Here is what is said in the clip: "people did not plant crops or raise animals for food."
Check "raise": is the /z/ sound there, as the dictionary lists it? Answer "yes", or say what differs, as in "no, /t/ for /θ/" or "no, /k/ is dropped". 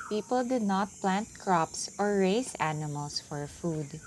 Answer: no, /s/ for /z/